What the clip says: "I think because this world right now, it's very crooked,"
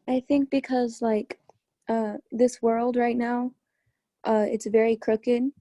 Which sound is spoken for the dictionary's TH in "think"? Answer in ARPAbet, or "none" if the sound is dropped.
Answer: TH